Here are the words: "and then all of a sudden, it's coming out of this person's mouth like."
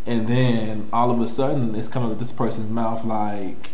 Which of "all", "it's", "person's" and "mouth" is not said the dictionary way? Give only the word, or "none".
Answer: none